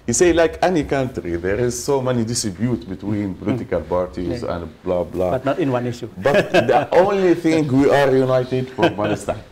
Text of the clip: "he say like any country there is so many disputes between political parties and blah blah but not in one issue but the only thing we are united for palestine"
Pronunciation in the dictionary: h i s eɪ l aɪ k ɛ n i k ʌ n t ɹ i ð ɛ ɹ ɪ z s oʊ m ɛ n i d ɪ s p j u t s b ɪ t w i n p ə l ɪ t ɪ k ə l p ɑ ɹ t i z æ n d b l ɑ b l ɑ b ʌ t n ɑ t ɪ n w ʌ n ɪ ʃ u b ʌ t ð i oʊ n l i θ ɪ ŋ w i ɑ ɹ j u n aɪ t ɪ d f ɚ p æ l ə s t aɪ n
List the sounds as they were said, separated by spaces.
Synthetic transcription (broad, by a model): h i s eɪ l aɪ k ɛ n i k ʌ n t ɹ i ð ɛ ɹ ɪ z s oʊ m ɛ n i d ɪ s b j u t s b ɪ t w i n p ə l ɪ t ɪ k ə l p ɑ ɹ t i z æ n d b l ɑ b l ɑ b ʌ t n ɑ t ɪ n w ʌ n ɪ ʃ u b ʌ t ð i oʊ n l i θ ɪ ŋ w i ɑ ɹ j u n aɪ t ɪ d f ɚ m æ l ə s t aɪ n